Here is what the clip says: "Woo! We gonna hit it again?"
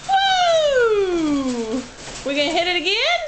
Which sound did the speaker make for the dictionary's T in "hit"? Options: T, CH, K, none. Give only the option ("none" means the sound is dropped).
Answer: T